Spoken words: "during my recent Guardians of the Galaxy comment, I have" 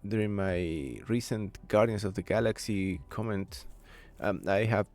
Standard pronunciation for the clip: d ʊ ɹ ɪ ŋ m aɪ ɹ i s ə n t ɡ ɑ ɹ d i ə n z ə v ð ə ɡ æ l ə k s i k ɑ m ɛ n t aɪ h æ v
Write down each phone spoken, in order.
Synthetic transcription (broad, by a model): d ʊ ɹ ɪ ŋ m aɪ ɹ i s ə n t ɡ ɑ ɹ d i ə n s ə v ð ə ɡ æ l ə k s i k ɑ m ɛ n t aɪ h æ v